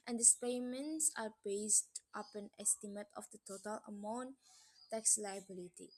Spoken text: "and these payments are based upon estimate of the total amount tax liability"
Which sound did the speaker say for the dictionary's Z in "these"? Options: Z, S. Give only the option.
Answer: S